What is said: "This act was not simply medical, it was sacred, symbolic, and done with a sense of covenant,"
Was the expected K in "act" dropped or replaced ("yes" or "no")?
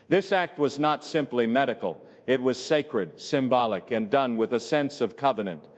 no